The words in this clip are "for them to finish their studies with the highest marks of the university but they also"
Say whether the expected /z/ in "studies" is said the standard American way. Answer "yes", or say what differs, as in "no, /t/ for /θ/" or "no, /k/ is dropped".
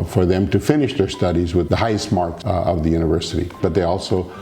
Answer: yes